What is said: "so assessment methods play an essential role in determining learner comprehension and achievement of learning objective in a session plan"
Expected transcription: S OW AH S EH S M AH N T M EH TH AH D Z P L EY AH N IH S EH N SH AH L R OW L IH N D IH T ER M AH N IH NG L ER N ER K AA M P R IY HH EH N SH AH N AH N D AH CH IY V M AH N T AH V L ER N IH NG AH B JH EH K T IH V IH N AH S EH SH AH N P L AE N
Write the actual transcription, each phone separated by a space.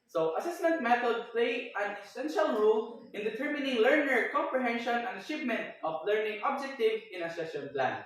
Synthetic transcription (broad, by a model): S OW AH S EH S M AH N T M EH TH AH D P L EY AH N IH S EH N SH AH L R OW L IH N D IH T ER M AH N IH NG L ER N ER K AA M P R IY HH EH N SH AH N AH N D AH CH IY V M AH N T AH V L ER N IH NG AH B JH EH K T IH V IH N AH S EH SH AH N P L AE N